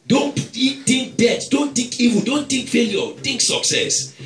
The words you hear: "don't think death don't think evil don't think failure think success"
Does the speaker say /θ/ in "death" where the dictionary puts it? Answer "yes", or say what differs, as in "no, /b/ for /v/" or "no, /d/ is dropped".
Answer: no, /t/ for /θ/